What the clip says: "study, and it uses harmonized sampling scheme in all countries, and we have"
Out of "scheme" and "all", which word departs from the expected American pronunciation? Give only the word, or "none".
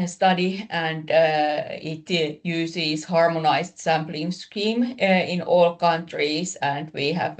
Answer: none